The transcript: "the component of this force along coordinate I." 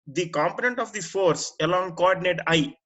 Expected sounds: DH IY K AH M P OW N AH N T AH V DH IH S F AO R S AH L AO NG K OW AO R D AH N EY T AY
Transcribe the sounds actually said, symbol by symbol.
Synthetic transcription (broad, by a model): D IY K AH M P OW N AH N T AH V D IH F AO R S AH L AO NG K OW AO R D AH N EY T AY